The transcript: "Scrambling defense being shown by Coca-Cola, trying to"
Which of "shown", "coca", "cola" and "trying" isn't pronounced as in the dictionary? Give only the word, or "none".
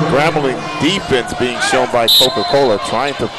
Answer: none